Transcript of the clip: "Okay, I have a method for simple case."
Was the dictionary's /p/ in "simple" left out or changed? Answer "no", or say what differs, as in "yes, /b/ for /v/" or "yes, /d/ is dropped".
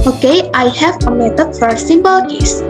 yes, /b/ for /p/